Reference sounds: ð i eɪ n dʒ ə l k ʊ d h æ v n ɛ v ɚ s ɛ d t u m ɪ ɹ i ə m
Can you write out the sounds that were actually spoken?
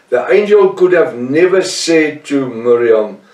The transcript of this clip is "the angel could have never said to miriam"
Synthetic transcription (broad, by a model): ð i eɪ n dʒ ə l k ʊ d h æ v n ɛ v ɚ s ɛ d t u m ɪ ɹ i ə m